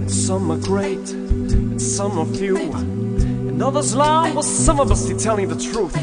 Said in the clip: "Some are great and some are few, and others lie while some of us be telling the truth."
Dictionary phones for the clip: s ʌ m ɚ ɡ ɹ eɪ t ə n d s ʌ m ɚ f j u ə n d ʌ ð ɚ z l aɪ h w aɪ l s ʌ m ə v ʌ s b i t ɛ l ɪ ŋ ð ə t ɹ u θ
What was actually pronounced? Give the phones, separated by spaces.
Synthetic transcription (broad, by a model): s ʌ m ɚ ɡ ɹ eɪ t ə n s ʌ m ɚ f j u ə n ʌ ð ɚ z l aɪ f w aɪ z s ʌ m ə b ʌ s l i t ɛ l ɪ ŋ ð ə t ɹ u θ